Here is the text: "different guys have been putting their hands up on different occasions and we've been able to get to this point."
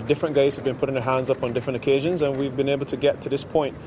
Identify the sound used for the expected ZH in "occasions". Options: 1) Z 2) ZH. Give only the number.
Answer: 2